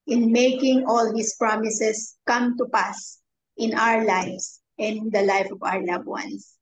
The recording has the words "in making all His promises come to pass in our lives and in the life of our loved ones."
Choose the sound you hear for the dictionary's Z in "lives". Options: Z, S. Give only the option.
S